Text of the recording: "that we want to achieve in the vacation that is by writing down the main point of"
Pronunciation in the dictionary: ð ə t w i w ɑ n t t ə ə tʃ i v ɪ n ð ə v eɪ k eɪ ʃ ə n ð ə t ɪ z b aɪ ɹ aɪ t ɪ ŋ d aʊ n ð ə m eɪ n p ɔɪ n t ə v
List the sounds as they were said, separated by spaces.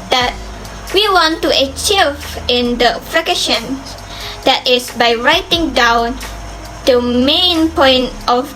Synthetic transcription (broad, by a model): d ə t w i w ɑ n t t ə ə tʃ i v ɪ n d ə f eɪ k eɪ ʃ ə n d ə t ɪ s b aɪ ɹ aɪ t ɪ ŋ d aʊ n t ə m eɪ n p ɔɪ n t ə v